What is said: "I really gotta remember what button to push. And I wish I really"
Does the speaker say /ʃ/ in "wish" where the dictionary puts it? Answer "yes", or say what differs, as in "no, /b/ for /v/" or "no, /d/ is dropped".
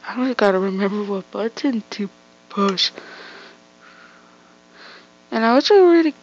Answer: no, /ʃ/ is dropped